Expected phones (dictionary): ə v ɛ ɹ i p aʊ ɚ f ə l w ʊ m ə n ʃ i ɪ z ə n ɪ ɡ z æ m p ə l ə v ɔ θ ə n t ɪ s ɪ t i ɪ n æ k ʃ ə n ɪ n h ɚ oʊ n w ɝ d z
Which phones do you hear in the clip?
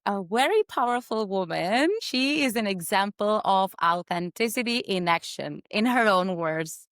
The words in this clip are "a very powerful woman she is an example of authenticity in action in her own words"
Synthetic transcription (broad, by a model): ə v ɛ ɹ i p aʊ ɚ f ə l w ʊ m ə n ʃ i ɪ z ə n ɪ ɡ z æ m p ə l ə v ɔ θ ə n t ɪ s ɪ t i ɪ n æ k ʃ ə n ɪ n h ɚ oʊ n w ɝ d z